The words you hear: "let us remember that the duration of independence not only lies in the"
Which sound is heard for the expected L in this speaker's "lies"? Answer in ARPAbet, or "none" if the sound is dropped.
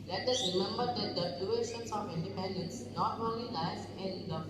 N